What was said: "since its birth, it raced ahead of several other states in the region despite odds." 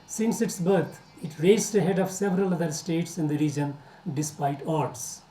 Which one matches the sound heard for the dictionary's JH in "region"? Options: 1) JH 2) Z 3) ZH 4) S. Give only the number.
1